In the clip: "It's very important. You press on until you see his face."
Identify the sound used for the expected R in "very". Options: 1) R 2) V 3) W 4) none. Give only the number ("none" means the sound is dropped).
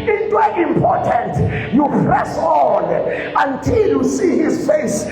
4